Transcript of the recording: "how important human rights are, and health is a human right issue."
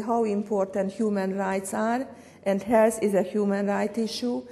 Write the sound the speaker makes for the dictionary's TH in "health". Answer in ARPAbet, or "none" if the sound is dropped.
S